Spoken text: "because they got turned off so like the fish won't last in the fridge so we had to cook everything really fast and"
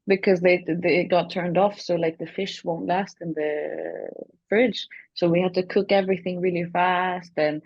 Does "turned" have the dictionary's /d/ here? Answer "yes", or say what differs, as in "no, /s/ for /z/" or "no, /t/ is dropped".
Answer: yes